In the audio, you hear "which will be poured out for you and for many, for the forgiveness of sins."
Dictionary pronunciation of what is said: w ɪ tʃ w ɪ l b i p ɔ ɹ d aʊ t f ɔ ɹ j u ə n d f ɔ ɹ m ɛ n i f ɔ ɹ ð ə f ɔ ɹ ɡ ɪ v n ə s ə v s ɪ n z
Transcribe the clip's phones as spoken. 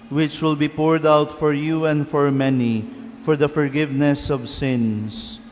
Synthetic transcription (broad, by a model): w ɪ tʃ w ɪ l b i p ɔ ɹ d aʊ t f ɔ ɹ j u ə n d f ɔ ɹ m ɛ n i f ɔ ɹ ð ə f ɔ ɹ ɡ ɪ v n ə s ə v s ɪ n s